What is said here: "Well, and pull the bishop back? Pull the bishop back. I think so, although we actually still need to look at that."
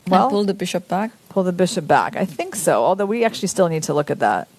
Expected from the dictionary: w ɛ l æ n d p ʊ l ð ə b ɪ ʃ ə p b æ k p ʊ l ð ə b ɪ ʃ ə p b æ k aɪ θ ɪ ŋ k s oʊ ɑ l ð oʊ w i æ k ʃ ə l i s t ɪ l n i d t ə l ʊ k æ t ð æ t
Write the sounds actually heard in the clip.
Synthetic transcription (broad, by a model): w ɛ l p ʊ l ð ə b ɪ ʃ ə p b æ k p ʊ l ð ə b ɪ ʃ ə p b æ k aɪ θ ɪ ŋ k s oʊ ɑ l ð oʊ w i æ k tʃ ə l i s t ɪ l n i d t ə l ʊ k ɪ t ð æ t